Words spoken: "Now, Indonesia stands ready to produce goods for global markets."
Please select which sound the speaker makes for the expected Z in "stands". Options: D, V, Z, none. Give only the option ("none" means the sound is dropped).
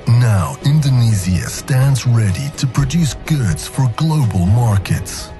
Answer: Z